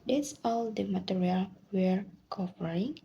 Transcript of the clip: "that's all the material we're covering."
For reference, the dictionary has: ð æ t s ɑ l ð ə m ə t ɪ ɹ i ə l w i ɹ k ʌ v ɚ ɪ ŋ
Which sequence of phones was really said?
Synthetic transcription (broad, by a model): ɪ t s ɑ l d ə m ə t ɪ ɹ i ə l w i ɹ k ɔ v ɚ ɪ ŋ